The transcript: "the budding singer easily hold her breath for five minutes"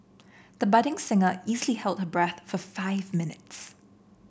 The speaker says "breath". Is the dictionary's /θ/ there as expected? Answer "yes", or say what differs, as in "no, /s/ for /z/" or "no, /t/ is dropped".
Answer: yes